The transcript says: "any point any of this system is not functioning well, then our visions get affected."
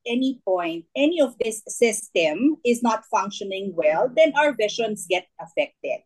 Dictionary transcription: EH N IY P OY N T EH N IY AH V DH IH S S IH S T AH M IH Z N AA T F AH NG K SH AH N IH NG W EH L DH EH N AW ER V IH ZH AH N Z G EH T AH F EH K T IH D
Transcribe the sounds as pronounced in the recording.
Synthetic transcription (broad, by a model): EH N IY P OY N T EH N IY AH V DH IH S S IH S T AH M IH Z N AA T F AH NG K SH AH N IH NG W EH L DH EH N AW ER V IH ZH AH N S G EH T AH F EH K T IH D